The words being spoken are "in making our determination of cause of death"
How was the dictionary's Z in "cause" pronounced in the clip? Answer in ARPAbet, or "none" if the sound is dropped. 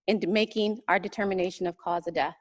Z